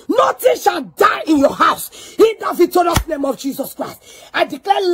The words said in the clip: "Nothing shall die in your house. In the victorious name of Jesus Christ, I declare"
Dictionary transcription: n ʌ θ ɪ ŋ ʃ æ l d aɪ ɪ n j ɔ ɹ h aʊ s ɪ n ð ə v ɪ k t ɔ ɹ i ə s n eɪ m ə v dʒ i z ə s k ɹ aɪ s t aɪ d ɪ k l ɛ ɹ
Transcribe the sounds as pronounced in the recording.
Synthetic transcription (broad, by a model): n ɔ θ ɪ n ʃ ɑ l d aɪ ɪ n j ɔ h aʊ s ɪ n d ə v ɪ t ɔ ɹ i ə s n eɪ m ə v dʒ i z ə s k ɹ aɪ s t aɪ d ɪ k l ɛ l